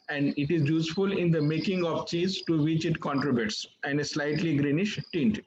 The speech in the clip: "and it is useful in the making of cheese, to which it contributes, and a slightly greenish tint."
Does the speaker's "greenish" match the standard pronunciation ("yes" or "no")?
yes